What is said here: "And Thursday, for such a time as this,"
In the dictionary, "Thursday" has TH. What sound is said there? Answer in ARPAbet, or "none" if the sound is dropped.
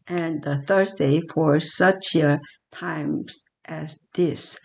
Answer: TH